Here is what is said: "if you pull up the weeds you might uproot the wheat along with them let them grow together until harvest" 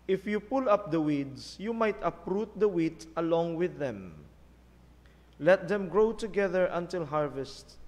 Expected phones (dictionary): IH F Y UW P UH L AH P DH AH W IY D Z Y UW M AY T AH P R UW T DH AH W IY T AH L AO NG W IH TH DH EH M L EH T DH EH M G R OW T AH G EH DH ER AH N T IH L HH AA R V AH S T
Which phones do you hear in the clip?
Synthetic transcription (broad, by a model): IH F Y UW P UH L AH P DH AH W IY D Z Y UW M AY T AH P R UW T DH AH W IY T AH L AO NG W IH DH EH M L EH T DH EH M G R OW T AH G EH DH ER AH N T IH L HH AA R V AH S T